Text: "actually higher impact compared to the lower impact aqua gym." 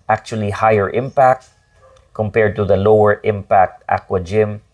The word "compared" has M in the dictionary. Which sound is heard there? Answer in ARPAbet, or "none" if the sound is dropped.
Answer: M